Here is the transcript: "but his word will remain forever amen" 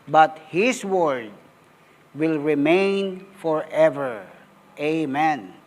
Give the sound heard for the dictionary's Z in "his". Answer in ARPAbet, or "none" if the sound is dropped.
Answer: S